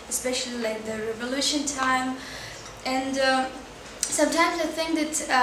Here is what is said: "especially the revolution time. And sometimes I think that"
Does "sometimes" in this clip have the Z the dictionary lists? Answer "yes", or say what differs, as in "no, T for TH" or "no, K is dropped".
yes